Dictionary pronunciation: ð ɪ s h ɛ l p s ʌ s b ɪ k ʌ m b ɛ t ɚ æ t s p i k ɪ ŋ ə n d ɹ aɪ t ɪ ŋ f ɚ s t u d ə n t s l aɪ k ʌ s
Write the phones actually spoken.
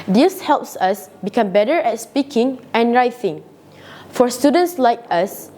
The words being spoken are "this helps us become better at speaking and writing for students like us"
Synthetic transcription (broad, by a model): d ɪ s h ɛ l p s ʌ s b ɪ k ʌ m b ɛ t ɚ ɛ t s p i k ɪ ŋ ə n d ɹ aɪ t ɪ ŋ f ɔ s t u d ə n t s l aɪ k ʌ s